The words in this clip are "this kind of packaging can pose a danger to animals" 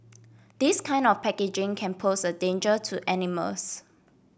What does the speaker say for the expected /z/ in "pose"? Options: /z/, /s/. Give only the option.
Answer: /s/